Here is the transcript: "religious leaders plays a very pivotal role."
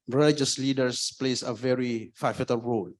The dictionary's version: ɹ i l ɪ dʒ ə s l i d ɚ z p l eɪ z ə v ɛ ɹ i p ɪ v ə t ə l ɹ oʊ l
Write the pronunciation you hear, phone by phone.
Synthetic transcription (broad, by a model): ɹ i l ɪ dʒ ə s l i d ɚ s p l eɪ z ə v ɛ ɹ i f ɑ f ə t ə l ɹ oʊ l